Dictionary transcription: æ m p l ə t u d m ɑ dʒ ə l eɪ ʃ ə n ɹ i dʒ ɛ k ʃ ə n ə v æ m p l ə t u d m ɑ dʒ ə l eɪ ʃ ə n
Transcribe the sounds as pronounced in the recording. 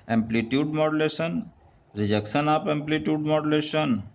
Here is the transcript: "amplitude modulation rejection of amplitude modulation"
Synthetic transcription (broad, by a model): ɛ m p l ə t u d m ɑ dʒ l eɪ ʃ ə n ɹ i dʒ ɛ k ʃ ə n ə p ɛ m p l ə t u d m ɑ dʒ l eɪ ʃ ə n